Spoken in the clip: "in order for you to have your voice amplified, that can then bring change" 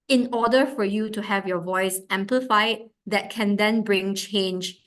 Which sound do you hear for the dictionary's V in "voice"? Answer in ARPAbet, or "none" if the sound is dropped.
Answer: V